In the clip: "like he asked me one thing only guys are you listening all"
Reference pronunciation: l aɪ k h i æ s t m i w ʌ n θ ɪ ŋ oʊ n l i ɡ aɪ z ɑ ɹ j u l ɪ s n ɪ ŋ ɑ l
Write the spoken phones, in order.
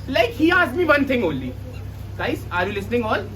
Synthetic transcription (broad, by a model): l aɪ k h i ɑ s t m i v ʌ n t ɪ ŋ oʊ n l i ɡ aɪ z ɑ ɹ j u l ɪ s n ɪ ŋ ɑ l